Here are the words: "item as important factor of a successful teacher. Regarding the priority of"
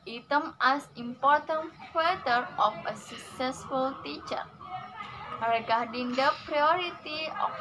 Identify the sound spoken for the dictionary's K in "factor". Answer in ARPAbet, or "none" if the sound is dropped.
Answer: none